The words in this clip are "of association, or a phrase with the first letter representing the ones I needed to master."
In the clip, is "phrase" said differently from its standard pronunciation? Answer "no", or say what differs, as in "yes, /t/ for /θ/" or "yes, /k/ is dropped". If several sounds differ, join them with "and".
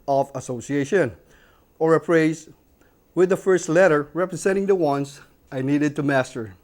yes, /p/ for /f/